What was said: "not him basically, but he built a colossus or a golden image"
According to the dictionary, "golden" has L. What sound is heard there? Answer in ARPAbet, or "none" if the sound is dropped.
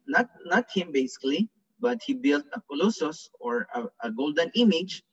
L